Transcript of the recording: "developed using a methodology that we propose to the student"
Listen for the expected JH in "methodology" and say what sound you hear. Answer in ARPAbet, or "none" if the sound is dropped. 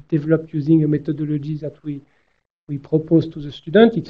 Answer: ZH